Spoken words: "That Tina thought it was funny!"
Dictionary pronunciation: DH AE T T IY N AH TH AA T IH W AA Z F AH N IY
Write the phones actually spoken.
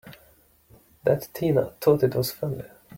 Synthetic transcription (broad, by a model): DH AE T T IY N AH T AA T IH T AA S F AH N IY